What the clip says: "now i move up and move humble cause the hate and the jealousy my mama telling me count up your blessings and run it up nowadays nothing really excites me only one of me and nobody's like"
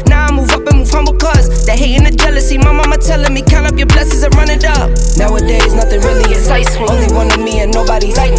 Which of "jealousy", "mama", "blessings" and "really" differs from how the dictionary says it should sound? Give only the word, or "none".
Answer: blessings